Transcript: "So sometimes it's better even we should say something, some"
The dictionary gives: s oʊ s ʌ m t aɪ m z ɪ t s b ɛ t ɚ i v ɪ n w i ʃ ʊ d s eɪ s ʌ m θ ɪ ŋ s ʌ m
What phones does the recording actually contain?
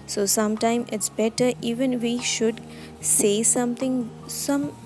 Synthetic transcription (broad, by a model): s oʊ s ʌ m t aɪ m ɪ t s b ɛ t ɚ i v ɪ n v i ʃ ʊ d s eɪ s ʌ m t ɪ ŋ s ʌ m